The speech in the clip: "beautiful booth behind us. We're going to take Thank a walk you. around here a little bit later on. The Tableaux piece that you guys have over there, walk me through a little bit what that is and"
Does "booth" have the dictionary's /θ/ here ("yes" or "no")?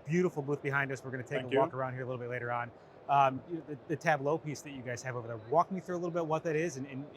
yes